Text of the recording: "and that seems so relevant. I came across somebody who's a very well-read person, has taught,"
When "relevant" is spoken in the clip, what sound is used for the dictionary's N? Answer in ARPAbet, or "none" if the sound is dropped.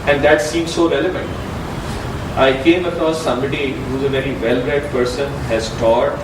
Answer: N